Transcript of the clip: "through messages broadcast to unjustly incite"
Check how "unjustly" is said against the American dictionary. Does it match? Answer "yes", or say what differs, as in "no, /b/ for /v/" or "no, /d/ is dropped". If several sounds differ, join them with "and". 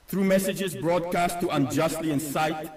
yes